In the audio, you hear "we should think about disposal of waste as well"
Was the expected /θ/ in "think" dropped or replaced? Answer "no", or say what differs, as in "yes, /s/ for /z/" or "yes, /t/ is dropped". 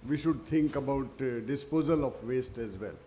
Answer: yes, /t/ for /θ/